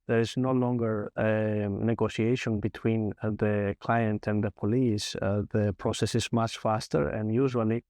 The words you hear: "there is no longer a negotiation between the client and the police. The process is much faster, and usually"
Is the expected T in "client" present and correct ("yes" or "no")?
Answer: yes